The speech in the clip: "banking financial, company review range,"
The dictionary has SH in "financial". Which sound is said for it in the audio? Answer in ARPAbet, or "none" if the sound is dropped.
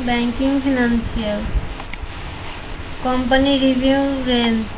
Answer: S